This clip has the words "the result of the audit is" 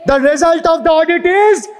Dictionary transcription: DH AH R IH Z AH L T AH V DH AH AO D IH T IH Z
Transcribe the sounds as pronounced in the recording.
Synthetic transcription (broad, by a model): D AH R IH Z AH L T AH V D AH AO D IH T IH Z